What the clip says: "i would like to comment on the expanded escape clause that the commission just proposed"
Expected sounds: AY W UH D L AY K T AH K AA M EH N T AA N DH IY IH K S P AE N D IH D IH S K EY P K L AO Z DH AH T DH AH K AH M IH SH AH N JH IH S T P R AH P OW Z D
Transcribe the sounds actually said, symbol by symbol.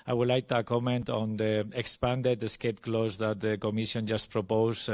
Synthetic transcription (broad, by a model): AY W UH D L AY K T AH K AA M EH N T AA N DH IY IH K S P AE N D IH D IH S K EY P K L AO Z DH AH T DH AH K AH M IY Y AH N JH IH S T P R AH P OW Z